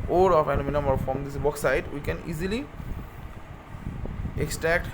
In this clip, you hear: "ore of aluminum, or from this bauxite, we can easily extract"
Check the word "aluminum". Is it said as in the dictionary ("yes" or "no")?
no